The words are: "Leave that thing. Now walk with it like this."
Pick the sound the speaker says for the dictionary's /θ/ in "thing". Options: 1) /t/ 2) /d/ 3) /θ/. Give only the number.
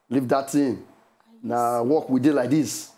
1